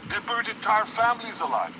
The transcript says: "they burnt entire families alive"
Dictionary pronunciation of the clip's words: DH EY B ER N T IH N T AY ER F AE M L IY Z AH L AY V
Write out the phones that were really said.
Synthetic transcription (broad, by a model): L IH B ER T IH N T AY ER F AE M L IY Z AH L AY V